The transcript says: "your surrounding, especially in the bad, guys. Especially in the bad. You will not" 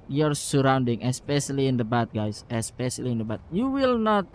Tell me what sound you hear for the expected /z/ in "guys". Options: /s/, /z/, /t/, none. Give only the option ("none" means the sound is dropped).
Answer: /s/